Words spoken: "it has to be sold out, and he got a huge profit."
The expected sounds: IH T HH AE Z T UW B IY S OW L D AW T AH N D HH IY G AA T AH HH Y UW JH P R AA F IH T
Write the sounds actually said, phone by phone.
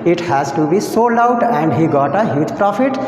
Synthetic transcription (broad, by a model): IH T HH AE Z T UW B IY S OW L AW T AH N D HH IY G AA T AH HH Y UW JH P R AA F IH T